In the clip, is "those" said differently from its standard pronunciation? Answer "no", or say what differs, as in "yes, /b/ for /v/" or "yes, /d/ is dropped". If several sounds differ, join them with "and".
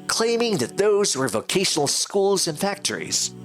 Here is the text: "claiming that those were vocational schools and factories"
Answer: no